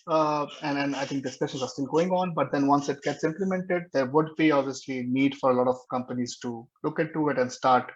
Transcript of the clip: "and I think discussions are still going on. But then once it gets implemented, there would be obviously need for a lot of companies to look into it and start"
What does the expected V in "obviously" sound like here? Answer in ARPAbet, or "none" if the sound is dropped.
V